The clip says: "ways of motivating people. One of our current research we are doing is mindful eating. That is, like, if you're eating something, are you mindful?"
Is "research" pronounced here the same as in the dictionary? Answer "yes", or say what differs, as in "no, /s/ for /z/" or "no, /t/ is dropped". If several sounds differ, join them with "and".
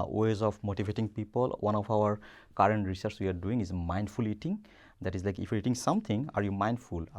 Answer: no, /s/ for /tʃ/